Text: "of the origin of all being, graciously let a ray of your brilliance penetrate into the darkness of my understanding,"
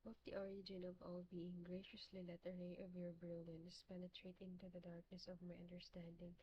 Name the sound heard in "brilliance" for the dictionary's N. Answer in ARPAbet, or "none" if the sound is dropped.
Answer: N